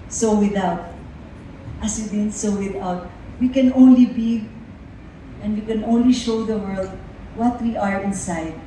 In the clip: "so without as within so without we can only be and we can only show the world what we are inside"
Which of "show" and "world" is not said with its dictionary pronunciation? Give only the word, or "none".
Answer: none